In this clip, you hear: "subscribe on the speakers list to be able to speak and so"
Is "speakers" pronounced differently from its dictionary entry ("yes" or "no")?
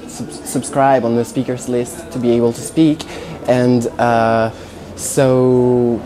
no